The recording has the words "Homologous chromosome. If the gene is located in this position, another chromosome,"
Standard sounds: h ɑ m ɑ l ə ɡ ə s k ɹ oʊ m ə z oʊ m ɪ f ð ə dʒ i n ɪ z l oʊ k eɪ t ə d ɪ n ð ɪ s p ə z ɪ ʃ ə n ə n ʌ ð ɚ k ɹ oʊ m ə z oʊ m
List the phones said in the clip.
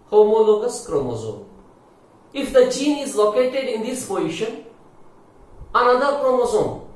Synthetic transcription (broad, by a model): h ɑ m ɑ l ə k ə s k ɹ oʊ m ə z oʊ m ɪ f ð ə tʃ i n ɪ z l oʊ k eɪ t ə d ɪ n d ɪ s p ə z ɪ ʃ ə n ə n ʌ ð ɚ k ɹ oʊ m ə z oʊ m